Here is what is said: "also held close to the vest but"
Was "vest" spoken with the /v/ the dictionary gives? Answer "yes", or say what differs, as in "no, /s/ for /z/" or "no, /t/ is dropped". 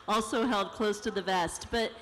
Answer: yes